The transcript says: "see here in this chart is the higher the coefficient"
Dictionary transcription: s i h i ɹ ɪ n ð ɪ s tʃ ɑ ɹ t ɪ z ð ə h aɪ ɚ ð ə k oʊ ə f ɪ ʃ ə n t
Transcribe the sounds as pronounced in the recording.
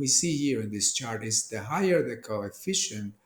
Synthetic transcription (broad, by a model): s i h i ɹ ɪ n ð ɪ s tʃ ɑ ɹ t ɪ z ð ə h aɪ ɚ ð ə k oʊ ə f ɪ ʃ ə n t